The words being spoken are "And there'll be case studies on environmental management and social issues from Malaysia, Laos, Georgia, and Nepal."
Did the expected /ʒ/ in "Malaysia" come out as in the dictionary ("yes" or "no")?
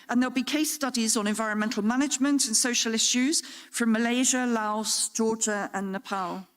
yes